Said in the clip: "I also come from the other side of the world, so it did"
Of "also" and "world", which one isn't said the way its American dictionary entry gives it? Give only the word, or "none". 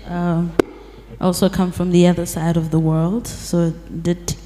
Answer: none